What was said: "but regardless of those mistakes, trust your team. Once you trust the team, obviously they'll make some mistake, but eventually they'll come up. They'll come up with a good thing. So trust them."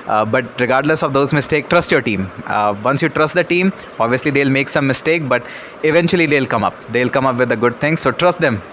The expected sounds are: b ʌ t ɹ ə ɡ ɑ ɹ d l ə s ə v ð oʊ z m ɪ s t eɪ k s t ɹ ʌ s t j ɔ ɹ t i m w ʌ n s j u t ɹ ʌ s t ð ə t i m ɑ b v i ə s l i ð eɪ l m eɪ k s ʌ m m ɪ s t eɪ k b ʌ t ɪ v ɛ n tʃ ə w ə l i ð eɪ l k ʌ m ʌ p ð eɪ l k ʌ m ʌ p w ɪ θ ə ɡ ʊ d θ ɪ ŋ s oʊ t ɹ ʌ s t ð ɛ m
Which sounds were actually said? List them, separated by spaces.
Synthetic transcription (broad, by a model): b ʌ t ɹ ə ɡ ɑ ɹ d l ə s ə v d oʊ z m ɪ s t eɪ k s t ɹ ʌ s t j ɔ ɹ t i m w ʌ n s j u t ɹ ʌ s t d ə t i m ɑ b v i ə s l i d eɪ l m eɪ k s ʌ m m ɪ s t eɪ k b ʌ t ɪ v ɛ n tʃ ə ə l i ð eɪ l k ʌ m ʌ p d eɪ l k ʌ m ʌ p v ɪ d ə ɡ ʊ d t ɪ ŋ s oʊ t ɹ ʌ s t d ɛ m